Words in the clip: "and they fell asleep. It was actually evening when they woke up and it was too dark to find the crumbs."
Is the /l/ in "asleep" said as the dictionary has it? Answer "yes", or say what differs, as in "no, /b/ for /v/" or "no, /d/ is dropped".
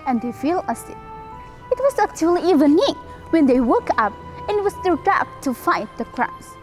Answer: no, /l/ is dropped